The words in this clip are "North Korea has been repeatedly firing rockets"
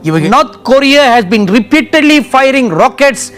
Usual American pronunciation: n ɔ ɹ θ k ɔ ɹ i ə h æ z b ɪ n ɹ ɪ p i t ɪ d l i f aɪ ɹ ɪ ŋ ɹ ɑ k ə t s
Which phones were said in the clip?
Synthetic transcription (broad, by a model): n ɔ ɹ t k ɔ ɹ i ə h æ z b ɪ n ɹ ɪ p i t ɪ d l i f aɪ ɹ ɪ ŋ ɹ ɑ k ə t s